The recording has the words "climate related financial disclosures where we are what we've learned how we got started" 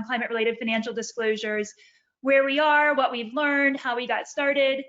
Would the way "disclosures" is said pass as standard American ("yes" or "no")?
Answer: yes